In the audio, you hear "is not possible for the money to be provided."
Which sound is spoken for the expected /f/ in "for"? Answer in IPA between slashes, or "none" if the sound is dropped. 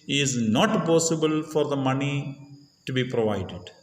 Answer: /f/